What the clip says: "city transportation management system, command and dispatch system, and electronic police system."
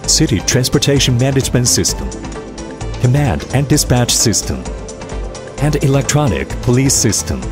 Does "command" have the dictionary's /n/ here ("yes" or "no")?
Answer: yes